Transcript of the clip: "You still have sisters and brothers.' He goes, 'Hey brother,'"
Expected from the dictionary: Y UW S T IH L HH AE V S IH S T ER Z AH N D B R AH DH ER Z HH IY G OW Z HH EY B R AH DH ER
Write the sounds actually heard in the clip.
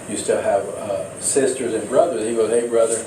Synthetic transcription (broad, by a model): Y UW S T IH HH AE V S IH S T ER Z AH N B R AH DH ER Z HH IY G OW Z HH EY B R AH DH ER